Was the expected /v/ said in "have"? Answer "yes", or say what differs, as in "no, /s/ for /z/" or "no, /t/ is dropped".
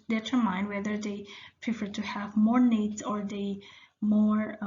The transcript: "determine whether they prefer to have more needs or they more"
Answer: yes